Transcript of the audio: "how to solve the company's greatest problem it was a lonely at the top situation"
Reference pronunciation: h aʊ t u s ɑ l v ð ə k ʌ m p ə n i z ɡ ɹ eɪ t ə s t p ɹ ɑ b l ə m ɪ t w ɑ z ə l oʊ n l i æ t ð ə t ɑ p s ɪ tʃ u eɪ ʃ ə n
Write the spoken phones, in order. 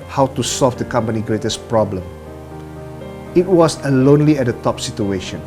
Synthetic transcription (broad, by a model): h aʊ t u s ɑ l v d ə k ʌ m p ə n i ɡ ɹ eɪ t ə s p ɹ ɑ b l ə m ɪ t w ɑ s ə l oʊ n l i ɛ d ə t ɑ p s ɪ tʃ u eɪ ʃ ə n